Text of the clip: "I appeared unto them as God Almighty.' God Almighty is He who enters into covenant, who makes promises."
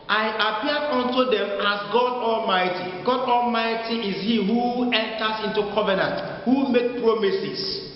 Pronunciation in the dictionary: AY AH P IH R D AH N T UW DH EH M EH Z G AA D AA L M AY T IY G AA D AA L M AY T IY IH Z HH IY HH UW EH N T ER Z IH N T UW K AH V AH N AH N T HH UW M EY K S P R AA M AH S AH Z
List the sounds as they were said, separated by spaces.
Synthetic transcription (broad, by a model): AY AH P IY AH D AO N T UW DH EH M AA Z G AA D AA L M AY T IY G AA D AA L M AY T IY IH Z HH IY HH UW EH N T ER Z IH N T UW K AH V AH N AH N T HH UW M EY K P R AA M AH S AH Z